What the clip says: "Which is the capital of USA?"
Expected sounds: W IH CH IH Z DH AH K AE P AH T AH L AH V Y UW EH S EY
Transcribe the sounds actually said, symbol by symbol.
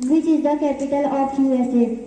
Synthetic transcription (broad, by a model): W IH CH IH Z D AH K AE P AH T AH L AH P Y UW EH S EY